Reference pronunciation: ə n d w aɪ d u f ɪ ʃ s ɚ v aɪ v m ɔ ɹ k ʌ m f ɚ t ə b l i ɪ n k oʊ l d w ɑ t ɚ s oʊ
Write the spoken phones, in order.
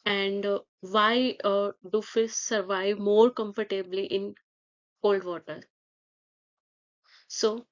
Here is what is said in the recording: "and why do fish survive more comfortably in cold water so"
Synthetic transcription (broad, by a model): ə n d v aɪ d u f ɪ s s ɚ v aɪ v m ɔ ɹ k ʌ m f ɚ t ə b l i ɪ n k oʊ l d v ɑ t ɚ s oʊ